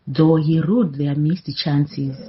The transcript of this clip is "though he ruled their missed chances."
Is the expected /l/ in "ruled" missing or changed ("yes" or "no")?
yes